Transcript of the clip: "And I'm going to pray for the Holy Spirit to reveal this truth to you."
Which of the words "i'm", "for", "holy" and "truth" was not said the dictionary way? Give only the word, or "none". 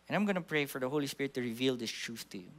truth